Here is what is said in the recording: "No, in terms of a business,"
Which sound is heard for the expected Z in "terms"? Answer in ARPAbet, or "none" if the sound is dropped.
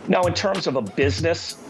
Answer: Z